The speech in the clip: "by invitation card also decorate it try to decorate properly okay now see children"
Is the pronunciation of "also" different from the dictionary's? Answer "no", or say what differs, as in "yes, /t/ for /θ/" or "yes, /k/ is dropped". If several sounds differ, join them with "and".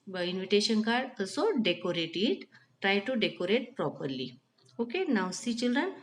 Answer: yes, /l/ is dropped